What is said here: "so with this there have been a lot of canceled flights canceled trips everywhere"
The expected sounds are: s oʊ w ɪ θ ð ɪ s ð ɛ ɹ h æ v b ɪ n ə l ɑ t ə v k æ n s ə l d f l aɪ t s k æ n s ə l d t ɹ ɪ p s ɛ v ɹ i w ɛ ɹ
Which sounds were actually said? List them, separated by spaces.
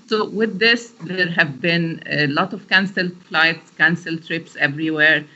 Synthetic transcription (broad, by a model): s oʊ w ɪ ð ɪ s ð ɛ ɹ h æ v b ɪ n l ɑ t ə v k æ n s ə l f l aɪ t s k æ n s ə l t ɹ ɪ p s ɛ v ɹ i w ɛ ɹ